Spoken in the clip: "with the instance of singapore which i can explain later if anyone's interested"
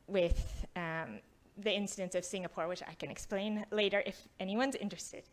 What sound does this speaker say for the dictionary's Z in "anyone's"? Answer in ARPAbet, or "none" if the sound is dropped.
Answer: Z